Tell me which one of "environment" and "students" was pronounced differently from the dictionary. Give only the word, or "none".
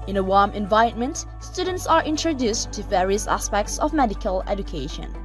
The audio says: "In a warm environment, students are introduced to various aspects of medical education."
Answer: environment